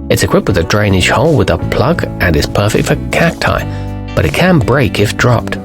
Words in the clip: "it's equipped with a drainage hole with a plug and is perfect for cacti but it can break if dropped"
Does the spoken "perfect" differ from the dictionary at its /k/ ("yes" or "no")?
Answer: no